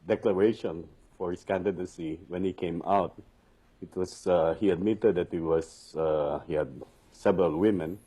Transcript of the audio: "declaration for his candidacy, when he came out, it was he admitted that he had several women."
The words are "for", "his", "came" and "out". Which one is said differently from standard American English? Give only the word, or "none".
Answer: his